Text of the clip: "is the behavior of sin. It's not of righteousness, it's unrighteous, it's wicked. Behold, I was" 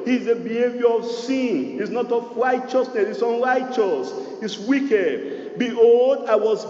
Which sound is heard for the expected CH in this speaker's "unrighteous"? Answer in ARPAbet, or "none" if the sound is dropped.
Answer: CH